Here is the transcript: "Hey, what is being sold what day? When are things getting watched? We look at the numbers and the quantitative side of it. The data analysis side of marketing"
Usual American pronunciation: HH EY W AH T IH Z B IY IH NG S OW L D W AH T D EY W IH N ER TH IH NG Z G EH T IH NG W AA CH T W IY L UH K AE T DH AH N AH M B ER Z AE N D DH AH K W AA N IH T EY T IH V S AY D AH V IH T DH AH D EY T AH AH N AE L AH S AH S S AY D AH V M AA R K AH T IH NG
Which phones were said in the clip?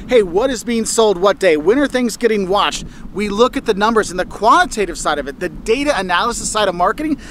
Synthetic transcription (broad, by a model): HH EY W AH T IH Z B IY IH NG S OW L D W AH T D EY W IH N ER TH IH NG Z G EH T IH NG W AA CH T W IY L UH K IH T DH AH N AH M B ER Z N DH AH K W AA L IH T EY T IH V S AY D AH V IH T DH AH D EY T AH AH N AE L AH S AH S S AY D AH V M AA R K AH T IH NG